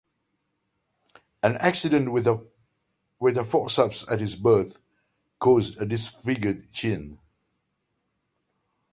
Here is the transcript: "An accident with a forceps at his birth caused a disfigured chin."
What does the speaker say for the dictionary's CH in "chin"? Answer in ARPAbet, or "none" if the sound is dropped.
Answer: CH